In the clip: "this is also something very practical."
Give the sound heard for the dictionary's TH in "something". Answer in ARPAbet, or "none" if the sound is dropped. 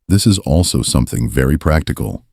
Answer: TH